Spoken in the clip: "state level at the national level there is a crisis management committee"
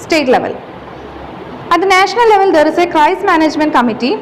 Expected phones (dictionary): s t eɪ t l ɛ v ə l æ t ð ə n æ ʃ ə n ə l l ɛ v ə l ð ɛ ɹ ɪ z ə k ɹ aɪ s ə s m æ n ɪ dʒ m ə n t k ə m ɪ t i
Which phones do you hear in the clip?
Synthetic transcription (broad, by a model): s t eɪ t l ɛ v ə l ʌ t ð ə n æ ʃ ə n ə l l ɛ v ə l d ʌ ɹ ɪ s ə k ɹ aɪ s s m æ n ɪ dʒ m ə n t k ə m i t i